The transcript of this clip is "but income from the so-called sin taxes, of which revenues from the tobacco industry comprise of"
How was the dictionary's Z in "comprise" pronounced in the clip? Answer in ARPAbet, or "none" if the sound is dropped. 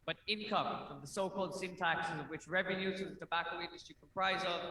Z